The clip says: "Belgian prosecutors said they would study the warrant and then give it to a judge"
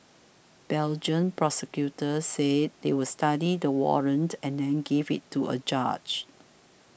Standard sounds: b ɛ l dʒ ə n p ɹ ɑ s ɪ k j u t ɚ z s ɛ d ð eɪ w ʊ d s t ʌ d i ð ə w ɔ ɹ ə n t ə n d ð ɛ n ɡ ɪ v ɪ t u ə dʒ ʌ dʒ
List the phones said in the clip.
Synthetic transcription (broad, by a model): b ɛ l dʒ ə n p ɹ ɑ s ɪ k j u t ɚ s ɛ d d eɪ w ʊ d s t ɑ d i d ə w ɔ ɹ ə n t ə n d ɛ n ɡ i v ɪ t u ə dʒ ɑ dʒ